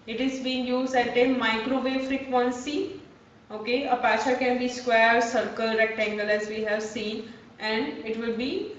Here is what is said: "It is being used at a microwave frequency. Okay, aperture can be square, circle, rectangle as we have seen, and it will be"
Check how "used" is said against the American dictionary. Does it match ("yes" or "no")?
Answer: yes